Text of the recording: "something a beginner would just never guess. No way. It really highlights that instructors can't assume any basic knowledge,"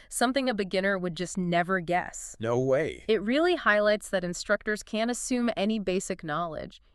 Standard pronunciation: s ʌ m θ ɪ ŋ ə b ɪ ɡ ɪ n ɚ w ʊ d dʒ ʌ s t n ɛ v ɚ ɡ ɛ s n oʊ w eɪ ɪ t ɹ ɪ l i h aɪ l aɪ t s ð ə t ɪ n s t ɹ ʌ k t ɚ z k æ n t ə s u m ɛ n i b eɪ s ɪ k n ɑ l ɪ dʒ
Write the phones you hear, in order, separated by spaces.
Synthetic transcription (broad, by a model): s ʌ m θ ɪ ŋ ə b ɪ ɡ ɪ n ɚ w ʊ d dʒ ʌ s t n ɛ v ɚ ɡ ɛ s n oʊ w eɪ ɪ t ɹ ɪ l i h aɪ l aɪ t s ð ə t ɪ n s t ɹ ʌ k t ɚ z k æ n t ə s u m ɛ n i b eɪ s ɪ k n ɑ l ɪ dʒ